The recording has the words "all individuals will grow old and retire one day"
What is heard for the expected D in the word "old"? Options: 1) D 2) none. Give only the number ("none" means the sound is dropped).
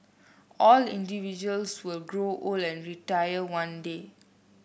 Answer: 2